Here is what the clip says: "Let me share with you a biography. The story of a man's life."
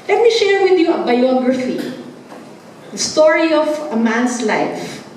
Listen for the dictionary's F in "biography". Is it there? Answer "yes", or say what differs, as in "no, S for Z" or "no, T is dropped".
yes